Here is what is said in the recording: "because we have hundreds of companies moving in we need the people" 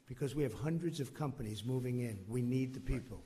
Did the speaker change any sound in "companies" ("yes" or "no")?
no